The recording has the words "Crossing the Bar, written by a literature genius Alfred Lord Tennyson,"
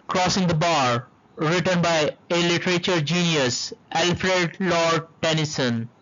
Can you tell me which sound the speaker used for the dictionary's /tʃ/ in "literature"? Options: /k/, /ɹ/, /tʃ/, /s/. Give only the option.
/tʃ/